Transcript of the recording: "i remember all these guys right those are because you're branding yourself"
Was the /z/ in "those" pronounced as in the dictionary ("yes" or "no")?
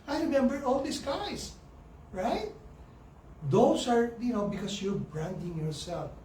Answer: no